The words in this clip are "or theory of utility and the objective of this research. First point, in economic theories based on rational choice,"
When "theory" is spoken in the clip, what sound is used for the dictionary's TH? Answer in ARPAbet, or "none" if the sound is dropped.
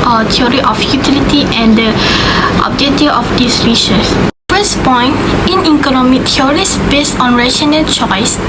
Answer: T